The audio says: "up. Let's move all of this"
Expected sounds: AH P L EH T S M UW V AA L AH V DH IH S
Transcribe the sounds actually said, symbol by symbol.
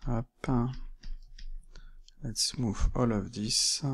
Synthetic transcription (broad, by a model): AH P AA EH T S M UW F AA L AH V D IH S